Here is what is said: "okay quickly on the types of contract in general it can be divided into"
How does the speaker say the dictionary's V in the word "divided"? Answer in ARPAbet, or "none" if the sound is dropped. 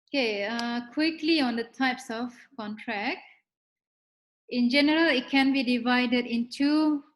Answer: V